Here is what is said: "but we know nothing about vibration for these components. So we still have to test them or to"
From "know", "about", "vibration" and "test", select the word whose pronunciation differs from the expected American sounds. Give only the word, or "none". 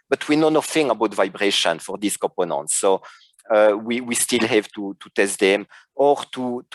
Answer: none